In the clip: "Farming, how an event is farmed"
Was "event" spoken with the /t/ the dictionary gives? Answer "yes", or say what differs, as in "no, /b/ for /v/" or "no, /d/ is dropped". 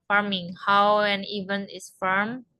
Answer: no, /t/ is dropped